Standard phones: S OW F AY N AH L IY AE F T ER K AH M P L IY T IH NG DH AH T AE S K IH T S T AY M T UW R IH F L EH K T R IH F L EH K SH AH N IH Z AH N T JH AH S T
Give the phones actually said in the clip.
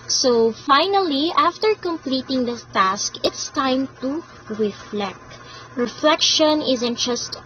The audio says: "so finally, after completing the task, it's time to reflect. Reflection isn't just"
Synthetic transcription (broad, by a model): S OW F AY N AH L IY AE F T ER K AH M P L IY T IH NG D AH T AE S K IH T S T AY M T UW R IH F L EH K T R IH F L EH K SH AH N IH Z AH N T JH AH S T